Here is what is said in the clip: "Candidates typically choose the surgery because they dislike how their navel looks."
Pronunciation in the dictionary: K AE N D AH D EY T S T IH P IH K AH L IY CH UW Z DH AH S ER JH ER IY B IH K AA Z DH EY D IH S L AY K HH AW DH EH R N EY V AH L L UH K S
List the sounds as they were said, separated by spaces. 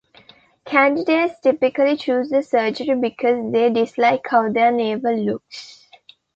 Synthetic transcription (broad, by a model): K AE N D AH D EY T S T IH P IH K AH L IY CH UW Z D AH S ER JH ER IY B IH K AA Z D EY D IH S L AY K HH AW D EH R N EY B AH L L UH K S